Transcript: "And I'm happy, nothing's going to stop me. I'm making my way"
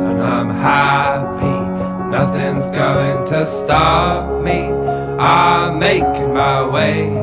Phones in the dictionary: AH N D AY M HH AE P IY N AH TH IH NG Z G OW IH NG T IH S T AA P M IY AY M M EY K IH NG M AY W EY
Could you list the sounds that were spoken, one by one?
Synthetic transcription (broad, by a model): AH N AY M HH AE P IY N AH TH IH NG Z G OW IH NG T IH S T AA P M IY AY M M EY IH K M AY W EY